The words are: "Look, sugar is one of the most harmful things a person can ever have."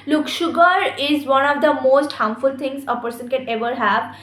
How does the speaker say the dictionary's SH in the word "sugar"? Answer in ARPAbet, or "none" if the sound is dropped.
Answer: SH